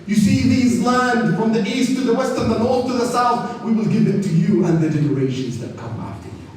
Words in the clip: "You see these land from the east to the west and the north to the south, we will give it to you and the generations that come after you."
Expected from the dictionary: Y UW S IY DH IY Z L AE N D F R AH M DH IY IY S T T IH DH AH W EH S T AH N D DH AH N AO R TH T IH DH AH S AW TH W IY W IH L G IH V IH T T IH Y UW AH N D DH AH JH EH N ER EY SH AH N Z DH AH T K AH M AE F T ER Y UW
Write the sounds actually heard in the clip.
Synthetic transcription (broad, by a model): Y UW S IY DH IY Z L AE N D F R AH M DH IY IY S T T IH DH AH W EH S T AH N DH AH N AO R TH T IH DH AH S AW TH W IY W IH L G IH V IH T T IH Y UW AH N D DH AH JH EH N ER EY SH AH N Z DH AH T K AH M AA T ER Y